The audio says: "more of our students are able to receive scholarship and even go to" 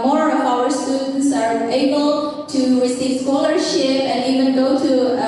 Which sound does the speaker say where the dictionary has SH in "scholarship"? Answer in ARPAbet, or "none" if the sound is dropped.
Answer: SH